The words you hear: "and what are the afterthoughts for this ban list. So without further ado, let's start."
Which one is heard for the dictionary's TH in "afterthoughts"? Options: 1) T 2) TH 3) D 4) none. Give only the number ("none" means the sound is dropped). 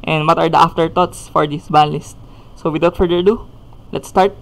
1